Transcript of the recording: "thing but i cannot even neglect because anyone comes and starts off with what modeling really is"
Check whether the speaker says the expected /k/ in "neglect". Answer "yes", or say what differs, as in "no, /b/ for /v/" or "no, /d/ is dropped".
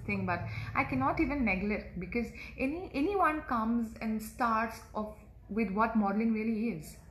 no, /k/ is dropped